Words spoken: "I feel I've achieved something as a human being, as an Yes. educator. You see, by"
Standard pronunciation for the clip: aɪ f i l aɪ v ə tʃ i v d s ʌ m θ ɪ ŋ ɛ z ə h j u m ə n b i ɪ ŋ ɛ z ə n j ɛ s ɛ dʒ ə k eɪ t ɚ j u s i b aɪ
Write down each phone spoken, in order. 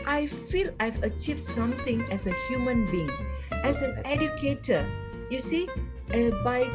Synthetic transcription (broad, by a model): aɪ f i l aɪ v ə tʃ i v d s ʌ m t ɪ ŋ ɛ z ə h j u m ə n b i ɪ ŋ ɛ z ə n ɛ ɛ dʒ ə k eɪ t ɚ j u s i b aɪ